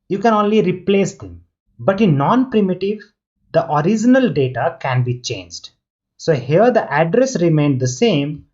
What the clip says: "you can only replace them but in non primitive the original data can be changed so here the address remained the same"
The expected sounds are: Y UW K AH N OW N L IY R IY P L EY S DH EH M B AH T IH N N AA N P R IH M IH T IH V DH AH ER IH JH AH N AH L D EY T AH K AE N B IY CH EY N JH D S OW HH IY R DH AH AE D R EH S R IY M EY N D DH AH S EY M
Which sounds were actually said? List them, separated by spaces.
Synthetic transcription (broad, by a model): Y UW K AH N OW N L IY R IY P L EY S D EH M B AH T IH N N AA N P R IH M IH T IH V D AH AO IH JH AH N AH L D EY T AH K AE N B IY CH EY N JH D S OW HH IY R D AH AE D R EH S R IY M EY N D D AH S EY M